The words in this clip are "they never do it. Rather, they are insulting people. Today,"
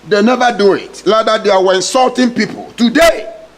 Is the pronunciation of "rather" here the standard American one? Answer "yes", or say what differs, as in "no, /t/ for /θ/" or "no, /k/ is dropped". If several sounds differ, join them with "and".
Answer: no, /l/ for /ɹ/